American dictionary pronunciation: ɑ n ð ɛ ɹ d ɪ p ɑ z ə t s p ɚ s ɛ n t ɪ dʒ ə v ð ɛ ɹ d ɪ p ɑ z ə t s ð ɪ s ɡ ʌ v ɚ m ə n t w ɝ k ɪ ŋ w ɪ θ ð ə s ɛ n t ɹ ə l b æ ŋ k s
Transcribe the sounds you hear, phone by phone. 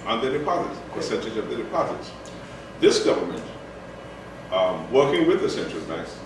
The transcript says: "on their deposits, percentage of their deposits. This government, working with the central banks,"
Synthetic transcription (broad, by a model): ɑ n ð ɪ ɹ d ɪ p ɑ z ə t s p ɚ s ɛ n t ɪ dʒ ə v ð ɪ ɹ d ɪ p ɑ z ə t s ð ɪ s ɡ ʌ v ɚ m ə n t w ɝ k ɪ ŋ w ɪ ð ə s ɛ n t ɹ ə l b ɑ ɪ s